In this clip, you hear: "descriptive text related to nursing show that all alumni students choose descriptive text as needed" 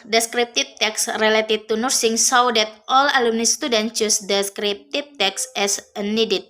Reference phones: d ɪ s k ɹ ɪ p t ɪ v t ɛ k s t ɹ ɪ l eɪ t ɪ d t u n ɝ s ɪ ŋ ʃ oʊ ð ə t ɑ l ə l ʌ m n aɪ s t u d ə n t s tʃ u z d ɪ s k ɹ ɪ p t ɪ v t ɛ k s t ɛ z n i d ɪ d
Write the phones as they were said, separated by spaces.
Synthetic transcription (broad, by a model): d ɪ s k ɹ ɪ p t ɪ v t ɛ k s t ɹ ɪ l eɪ t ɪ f t u n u s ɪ ŋ s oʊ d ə t ɑ l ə l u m n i s t u d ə n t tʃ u s d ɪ s k ɹ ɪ p t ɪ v t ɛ k s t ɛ s n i d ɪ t